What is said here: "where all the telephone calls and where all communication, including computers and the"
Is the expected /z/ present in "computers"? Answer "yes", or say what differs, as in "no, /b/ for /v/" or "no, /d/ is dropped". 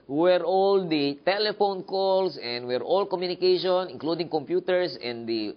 no, /s/ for /z/